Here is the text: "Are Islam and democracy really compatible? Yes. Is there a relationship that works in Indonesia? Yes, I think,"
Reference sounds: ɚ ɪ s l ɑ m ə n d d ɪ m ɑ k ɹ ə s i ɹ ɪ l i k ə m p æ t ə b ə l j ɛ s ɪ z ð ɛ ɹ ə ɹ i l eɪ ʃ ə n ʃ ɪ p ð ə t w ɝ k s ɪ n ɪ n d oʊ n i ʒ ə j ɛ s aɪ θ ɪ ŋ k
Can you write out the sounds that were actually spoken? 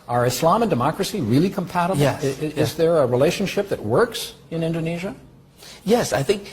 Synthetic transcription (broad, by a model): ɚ ɪ s l ɑ m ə n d d ɪ m ɑ k ɹ ə s i ɹ ɪ l i k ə m p æ t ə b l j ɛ ɪ z ð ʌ ɹ ə ɹ i l eɪ ʃ ə n ʃ ɪ p ð ə t w ɝ k s ɪ n ɪ n d oʊ n i ʒ ə j ɛ s aɪ θ ɪ ŋ k